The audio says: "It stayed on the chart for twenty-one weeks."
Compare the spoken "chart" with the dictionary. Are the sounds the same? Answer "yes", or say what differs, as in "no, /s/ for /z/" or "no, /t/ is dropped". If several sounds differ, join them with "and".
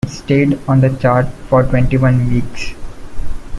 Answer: yes